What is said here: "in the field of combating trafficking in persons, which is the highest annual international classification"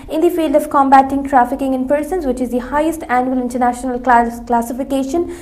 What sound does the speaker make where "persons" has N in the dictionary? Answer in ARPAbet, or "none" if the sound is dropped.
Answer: N